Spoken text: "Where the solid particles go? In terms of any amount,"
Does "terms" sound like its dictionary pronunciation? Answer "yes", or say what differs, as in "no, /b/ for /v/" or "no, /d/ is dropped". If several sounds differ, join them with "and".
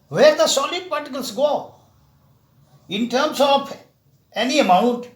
no, /s/ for /z/